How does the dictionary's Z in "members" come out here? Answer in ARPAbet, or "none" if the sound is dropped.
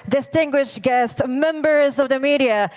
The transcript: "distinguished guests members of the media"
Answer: Z